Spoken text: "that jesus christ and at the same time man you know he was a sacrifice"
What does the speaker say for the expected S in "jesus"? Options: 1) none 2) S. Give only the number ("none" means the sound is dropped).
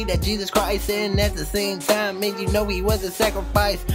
2